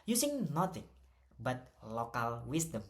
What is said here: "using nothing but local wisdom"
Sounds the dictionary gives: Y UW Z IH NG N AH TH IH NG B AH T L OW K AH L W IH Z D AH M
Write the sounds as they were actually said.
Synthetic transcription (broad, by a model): Y UW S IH NG N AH T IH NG B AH T L OW K AH L W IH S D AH M